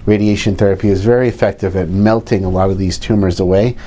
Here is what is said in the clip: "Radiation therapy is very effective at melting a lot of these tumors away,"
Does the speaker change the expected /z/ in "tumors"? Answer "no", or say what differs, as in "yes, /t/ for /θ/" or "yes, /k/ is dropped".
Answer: no